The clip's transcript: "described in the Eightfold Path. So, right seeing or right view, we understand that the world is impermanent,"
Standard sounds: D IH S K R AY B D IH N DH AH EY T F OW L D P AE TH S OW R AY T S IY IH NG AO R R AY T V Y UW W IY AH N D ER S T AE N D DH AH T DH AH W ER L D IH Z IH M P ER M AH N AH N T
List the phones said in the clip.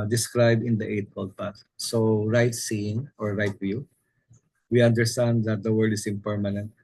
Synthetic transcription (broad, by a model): D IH S K R AY B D IH N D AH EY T P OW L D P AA T S OW R AY T S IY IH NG AO R R AY T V Y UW W IY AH N D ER S T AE N D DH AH T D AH W ER L D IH S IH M P ER M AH N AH N T